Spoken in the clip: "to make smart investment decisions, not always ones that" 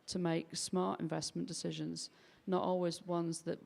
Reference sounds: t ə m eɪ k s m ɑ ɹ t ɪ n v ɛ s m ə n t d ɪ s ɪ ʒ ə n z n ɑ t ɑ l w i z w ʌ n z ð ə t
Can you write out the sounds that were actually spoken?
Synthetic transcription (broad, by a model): t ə m eɪ k s m ɑ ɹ t ɪ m v ɛ s m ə n d ɪ s ɪ ʒ ə n z n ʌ t ɑ l w i z w ʌ n z ð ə t